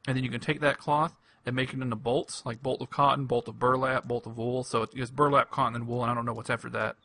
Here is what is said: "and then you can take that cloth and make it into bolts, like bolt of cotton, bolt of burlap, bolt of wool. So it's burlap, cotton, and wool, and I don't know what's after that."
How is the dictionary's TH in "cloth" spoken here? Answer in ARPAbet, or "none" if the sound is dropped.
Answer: TH